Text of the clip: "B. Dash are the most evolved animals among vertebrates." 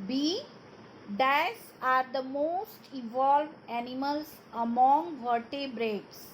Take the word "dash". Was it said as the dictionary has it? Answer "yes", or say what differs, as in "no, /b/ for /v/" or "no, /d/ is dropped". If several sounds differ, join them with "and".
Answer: no, /s/ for /ʃ/